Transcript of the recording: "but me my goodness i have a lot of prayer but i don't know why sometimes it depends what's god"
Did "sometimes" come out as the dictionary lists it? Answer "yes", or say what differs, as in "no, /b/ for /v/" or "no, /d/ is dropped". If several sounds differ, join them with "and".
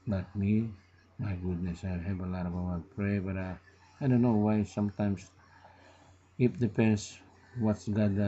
no, /s/ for /z/